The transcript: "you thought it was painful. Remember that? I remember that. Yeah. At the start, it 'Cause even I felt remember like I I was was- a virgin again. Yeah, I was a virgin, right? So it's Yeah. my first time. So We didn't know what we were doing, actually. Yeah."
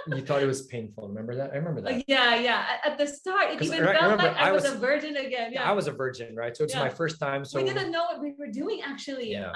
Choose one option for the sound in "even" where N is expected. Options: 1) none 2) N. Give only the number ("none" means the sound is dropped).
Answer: 1